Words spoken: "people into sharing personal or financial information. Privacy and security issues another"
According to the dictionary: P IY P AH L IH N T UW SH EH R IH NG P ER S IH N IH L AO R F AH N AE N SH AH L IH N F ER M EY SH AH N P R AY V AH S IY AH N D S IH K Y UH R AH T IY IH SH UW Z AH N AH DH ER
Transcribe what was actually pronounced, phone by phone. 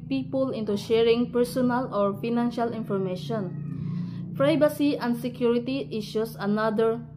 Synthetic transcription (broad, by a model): P IY P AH L IH N T UW SH EH R IH NG P ER S IH N IH L AO R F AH N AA N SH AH L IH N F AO M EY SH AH N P R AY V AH S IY AH N D S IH K Y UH R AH T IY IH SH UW S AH N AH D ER